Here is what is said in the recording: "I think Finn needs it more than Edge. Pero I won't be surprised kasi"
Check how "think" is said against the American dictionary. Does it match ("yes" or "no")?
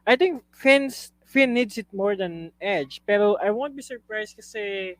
no